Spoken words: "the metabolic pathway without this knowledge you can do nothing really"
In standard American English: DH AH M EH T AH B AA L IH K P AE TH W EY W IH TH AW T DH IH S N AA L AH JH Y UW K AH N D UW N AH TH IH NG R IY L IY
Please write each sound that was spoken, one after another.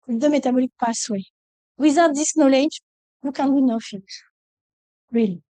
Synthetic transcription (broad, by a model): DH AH M EH T AH B AA L IH K P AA S W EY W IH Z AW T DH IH S N AA L AH JH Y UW K AH N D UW N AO F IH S R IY L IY